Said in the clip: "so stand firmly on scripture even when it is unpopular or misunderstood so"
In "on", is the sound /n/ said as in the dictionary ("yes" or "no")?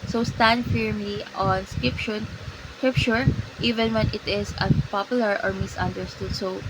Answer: yes